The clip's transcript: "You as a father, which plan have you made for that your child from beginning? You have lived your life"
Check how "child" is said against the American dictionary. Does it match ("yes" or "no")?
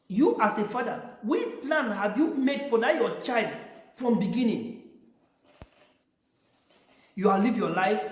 yes